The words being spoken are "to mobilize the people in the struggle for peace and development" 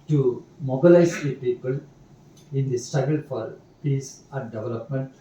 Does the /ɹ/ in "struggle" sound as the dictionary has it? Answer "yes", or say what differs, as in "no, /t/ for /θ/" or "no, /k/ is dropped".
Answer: no, /ɹ/ is dropped